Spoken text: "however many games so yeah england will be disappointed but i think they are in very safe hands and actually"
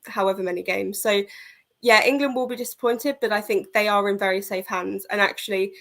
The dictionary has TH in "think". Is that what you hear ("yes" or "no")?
yes